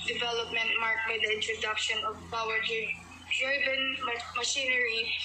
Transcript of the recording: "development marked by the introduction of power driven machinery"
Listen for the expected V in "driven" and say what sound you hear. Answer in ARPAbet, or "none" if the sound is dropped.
B